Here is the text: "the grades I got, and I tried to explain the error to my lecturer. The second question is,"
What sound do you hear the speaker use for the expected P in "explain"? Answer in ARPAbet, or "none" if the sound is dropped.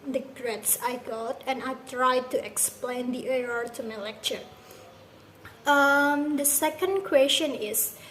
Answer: P